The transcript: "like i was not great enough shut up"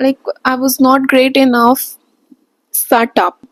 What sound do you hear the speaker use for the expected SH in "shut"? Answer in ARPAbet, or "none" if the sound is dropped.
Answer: S